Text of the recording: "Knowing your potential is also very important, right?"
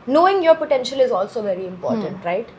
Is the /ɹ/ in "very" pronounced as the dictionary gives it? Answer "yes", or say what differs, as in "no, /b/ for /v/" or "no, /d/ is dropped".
yes